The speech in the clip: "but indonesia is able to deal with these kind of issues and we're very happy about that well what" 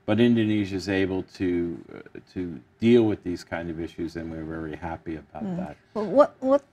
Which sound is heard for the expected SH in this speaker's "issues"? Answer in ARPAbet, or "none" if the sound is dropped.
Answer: SH